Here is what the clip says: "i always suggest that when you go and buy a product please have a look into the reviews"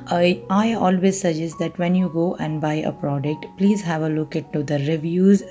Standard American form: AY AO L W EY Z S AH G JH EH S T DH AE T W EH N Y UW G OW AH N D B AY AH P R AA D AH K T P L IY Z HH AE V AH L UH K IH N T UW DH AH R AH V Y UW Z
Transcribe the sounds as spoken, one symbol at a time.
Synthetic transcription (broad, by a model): AY AO L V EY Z S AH JH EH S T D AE T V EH N Y UW G OW AH N D B AY AH P R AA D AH K T P L IY Z HH AE V AH L UH K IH T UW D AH R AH V Y UW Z